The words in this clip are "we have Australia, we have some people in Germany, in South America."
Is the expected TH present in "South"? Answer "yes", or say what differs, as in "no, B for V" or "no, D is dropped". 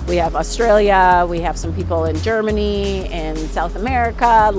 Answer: yes